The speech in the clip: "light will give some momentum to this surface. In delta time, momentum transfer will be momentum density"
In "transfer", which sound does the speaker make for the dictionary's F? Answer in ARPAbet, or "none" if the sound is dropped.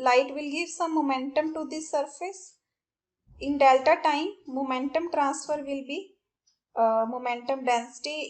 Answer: F